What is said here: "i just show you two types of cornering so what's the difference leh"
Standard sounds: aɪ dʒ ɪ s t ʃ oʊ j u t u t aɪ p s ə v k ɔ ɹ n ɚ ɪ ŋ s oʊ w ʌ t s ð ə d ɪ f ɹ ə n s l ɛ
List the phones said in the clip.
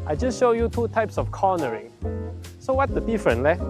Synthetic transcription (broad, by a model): aɪ dʒ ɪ s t ʃ oʊ j u t u t aɪ p s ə f k ɔ n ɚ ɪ ŋ s oʊ w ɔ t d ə d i f ɹ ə n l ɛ